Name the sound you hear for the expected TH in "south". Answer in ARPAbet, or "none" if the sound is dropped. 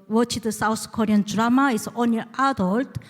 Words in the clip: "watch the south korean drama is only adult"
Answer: S